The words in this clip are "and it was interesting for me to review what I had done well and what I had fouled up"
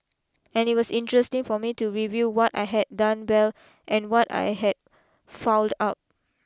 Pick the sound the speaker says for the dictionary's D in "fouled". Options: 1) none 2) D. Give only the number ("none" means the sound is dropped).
2